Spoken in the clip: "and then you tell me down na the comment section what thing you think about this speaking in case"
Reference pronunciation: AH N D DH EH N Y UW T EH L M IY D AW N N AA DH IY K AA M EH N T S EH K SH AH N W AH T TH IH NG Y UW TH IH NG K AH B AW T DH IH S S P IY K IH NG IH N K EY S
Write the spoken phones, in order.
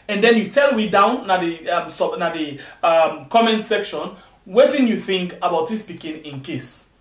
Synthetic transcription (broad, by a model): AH N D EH N Y UW T EH L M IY D AW N N AA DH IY K AA M EH N T S EH K SH AH N W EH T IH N Y UW TH IH NG K AH B AW T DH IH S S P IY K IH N IH N K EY S